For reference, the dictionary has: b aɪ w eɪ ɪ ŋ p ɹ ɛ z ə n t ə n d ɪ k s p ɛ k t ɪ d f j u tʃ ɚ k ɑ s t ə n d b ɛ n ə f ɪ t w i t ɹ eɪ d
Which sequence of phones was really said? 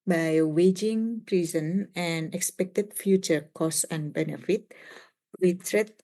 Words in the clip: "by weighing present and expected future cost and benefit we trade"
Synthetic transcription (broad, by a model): b aɪ w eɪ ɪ ŋ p ɹ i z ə n ə n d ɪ k s p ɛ k t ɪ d f j u tʃ ɚ k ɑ s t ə n b ɛ n ə f ɪ t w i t ɹ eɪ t